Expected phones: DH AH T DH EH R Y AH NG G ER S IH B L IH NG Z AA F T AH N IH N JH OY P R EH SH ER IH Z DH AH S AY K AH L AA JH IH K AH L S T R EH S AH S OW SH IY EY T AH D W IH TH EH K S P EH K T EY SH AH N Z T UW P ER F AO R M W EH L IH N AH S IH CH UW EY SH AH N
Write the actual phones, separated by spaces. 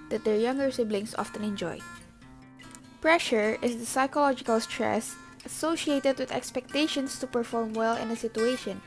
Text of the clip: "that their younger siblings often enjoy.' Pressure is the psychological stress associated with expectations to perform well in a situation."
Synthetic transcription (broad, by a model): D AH T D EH R Y AH NG G ER S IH B L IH NG S AA F T AH N IH N JH OY P R EH SH ER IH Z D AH S AY K AH L AA JH IH K AH L S T R EH S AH S OW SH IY EY T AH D W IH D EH K S P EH K T EY SH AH N S T UW P ER F AO R M W EH L IH N AH S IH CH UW EY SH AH N